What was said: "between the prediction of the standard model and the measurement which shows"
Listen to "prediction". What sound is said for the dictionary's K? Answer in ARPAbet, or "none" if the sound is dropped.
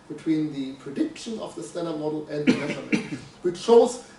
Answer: K